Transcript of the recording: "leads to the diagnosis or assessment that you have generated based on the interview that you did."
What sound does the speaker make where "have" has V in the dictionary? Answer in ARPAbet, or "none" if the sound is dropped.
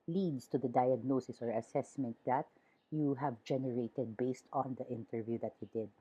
V